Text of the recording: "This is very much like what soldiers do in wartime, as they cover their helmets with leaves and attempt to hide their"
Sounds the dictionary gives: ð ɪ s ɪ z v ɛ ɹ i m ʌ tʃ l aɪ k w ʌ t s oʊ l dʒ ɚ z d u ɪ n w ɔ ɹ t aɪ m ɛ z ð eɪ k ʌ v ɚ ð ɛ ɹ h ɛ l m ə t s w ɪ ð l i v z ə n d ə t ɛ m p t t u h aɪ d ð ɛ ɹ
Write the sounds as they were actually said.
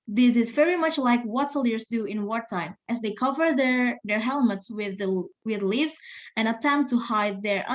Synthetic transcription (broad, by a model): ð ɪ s ɪ z v ɛ ɹ i m ʌ tʃ l aɪ k w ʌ t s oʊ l ɚ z d u ɪ n w ɔ ɹ t aɪ m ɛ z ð eɪ k ʌ v ɚ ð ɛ ɹ h ɛ l m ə t s w ɪ ð l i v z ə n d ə t ɛ m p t t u h aɪ d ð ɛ ɹ